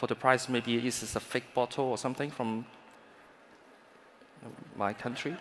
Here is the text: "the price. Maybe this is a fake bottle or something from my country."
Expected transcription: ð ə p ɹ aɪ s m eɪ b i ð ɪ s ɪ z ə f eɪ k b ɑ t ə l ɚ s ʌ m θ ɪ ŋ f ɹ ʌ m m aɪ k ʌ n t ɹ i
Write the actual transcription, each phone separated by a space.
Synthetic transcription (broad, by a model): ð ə p ɹ aɪ s m eɪ b i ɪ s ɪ s ə f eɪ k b ɑ t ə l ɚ s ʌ m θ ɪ ŋ f ɹ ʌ m m aɪ k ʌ n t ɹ i